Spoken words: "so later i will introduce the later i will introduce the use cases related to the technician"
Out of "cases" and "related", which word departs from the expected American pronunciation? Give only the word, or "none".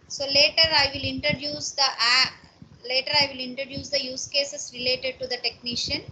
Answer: cases